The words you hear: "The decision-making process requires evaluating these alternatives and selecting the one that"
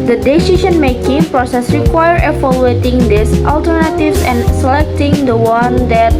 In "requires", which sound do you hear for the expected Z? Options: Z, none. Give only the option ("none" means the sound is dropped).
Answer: none